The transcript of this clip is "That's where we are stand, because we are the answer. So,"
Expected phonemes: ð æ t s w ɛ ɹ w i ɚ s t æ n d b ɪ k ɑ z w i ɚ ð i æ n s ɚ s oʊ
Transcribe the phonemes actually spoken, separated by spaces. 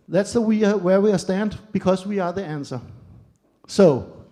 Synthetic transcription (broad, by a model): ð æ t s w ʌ w w i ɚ s t æ n d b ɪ k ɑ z w i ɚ ð i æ n s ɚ s oʊ